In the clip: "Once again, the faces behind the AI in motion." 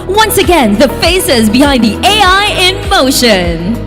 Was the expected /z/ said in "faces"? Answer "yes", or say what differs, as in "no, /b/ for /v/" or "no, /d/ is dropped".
yes